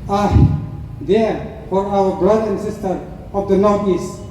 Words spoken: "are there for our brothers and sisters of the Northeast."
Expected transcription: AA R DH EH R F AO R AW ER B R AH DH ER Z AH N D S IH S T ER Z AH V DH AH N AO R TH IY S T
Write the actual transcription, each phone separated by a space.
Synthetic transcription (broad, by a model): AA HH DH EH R F AO R AW ER B R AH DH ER AH N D S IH S T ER AH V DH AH N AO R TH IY S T